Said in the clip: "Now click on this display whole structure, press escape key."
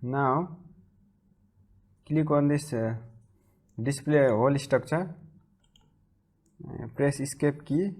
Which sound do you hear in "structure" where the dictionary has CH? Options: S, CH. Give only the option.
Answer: S